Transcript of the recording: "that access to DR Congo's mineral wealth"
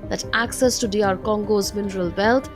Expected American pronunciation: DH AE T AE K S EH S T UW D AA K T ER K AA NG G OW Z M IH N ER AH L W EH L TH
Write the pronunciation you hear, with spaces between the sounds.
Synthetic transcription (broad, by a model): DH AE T AE K S EH S T UW D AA T K AA NG G OW Z M IH N ER AH L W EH L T